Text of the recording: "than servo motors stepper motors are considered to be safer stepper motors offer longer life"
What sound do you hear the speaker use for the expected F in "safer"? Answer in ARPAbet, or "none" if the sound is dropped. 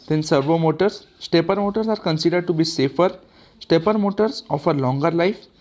F